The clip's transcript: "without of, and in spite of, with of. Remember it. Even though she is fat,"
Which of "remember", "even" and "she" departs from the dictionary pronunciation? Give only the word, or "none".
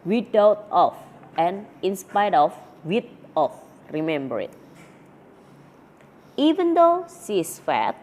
she